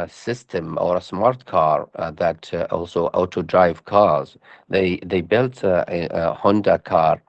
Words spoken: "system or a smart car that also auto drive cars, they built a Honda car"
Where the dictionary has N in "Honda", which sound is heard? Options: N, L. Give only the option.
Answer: N